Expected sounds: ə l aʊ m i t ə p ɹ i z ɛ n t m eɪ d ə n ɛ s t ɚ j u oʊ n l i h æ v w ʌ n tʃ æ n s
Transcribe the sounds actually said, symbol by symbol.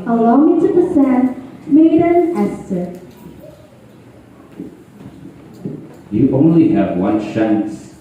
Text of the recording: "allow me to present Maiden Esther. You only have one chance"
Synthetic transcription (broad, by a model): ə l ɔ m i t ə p i s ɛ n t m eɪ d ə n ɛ s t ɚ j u oʊ n l i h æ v w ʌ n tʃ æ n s